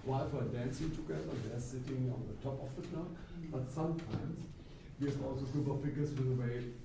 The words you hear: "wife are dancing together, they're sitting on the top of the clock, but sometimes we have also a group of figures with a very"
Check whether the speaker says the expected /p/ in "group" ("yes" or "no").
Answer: no